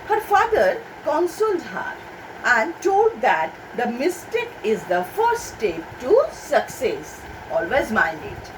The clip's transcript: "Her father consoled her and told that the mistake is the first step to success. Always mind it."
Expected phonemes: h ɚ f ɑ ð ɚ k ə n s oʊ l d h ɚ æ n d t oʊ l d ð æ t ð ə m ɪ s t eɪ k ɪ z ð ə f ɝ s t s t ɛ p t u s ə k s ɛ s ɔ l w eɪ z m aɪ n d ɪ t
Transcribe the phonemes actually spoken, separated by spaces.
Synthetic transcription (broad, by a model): h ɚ f ɑ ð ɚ k ə n s oʊ l d h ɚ æ n d t oʊ l d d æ t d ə m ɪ s t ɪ k ɪ z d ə f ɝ t s t ɛ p t u s ə k s ɛ s ɔ l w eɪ z m aɪ n d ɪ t